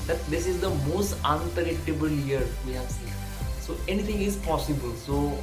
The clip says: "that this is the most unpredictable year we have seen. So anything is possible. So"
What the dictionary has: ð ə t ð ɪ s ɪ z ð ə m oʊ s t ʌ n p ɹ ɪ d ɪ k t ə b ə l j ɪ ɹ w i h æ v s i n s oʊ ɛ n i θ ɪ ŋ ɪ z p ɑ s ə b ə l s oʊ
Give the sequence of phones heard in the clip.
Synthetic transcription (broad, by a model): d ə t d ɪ s ɪ z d ə m oʊ s t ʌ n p ɪ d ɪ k t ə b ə l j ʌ ɹ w i h æ v s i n s oʊ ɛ n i t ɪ ŋ ɪ z p ɑ s ə b ə l s oʊ